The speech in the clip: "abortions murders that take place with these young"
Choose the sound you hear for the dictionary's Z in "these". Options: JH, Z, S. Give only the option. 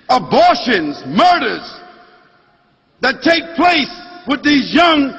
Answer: Z